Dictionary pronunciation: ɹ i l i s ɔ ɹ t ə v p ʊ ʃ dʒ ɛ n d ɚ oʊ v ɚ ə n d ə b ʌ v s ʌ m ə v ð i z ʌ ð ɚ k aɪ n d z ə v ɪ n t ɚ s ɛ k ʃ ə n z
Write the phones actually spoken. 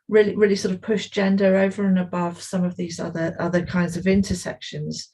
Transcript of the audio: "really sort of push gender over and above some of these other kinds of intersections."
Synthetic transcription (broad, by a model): ɹ i l i s ɔ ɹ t ə v p ʊ ʃ dʒ ɛ n d ɚ oʊ v ɚ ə n ə b ʌ v s ʌ m ə v ð i z ʌ ð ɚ k aɪ n d z ə v ɪ n t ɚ s ɛ k ʃ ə n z